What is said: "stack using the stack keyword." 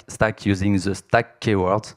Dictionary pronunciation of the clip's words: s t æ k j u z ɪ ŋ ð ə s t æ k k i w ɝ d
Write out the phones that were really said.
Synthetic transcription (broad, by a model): s t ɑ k j u z ɪ ŋ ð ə s t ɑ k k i w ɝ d